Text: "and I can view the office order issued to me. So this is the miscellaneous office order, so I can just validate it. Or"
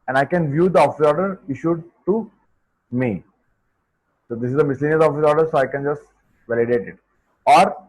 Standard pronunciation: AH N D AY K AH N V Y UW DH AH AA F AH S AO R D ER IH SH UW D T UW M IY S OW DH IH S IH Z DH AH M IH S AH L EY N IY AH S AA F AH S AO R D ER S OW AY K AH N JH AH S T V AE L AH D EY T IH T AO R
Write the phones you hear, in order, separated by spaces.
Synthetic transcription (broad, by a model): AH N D AY K AH N V Y UW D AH AA F AH S AO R D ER IH SH UW D T UW M IY S OW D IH S IH Z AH M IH S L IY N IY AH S AA F AH S AO R D ER S OW AY K AH N JH AH S T V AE L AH D EY T IH T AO R